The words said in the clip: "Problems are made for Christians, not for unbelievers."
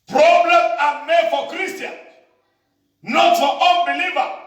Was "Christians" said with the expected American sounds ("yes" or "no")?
no